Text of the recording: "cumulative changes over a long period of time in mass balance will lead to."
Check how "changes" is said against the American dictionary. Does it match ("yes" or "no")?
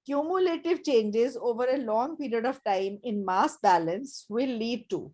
yes